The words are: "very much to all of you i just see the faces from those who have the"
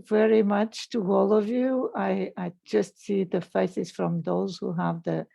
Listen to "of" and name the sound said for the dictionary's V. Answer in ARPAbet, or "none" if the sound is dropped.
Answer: V